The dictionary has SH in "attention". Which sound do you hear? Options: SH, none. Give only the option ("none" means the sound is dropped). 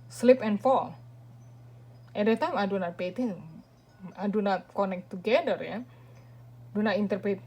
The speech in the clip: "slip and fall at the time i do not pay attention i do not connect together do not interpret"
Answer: none